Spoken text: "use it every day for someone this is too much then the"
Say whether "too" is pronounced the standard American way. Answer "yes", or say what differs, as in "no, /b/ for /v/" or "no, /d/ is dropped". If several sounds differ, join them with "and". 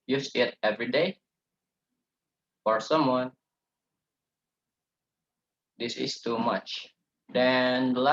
yes